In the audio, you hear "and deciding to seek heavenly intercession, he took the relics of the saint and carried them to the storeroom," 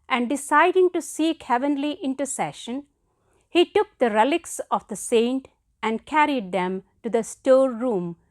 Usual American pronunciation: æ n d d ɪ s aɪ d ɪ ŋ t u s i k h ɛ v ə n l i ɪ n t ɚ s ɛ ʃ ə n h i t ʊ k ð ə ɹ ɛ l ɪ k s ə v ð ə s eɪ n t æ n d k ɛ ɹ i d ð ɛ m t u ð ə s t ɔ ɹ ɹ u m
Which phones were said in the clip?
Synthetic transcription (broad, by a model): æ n d d ɪ s aɪ d ɪ ŋ t u s i k h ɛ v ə n l i ɪ n t ɚ s ɛ ʃ ə n h i t ʊ k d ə ɹ ɛ l ɪ k s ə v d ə s eɪ n t æ n d k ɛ ɹ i d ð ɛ m t u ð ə s t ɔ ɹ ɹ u m